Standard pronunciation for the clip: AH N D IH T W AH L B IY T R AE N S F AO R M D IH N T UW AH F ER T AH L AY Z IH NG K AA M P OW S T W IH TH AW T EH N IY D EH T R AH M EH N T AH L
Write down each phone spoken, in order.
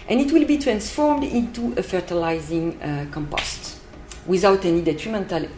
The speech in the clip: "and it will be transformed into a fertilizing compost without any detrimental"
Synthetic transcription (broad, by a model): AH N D IH T W AH L B IY T R AE N S F AO R M D IH N T UW AH F ER T AH L AY Z IH NG K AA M P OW S T W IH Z AW T EH N IY D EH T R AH M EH N T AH L